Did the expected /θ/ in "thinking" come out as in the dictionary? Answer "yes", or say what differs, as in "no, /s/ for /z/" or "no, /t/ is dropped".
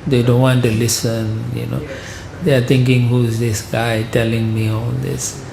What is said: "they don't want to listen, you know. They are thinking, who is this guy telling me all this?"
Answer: no, /t/ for /θ/